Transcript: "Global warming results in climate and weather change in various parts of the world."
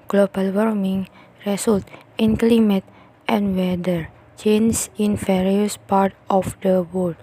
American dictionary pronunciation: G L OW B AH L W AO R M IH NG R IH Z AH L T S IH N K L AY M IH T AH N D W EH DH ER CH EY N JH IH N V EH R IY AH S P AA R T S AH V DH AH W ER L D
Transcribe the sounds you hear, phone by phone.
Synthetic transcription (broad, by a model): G L OW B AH L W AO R M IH NG R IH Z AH L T IH N K L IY M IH T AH N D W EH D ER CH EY N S IH N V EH R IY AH S P AA R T AH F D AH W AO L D